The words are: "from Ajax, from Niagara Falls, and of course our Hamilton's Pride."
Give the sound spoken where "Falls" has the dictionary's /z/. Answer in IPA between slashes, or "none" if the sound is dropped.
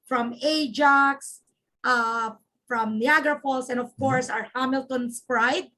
/s/